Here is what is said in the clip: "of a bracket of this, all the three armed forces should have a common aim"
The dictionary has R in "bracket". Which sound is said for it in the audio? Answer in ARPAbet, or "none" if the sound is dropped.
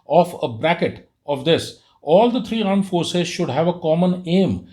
R